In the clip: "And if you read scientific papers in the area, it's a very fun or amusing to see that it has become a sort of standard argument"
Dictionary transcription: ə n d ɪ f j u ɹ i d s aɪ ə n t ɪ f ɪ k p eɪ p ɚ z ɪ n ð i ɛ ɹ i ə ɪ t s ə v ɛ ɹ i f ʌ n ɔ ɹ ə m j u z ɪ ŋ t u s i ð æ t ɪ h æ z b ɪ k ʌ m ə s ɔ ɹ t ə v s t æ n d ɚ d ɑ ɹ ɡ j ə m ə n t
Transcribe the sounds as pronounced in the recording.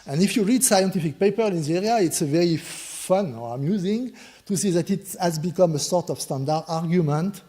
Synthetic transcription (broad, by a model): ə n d ɪ f j u ɹ i d s aɪ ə n t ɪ f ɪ k p eɪ p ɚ ɪ n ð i ɛ ɹ i ə ɪ t s ə v ɛ ɹ i f ʌ n ɔ ɹ ə m j u z ɪ ŋ t u s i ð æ t ɪ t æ z b ɪ k ʌ m ə s ɔ ɹ t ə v s t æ n d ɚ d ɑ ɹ ɡ j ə m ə n t